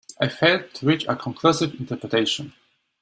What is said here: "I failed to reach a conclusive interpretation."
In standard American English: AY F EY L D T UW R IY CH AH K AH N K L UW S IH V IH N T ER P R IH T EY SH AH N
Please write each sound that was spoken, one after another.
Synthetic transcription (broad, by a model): AY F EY D T UW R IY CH AH K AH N K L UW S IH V IH N T ER P R IH T EY SH AH N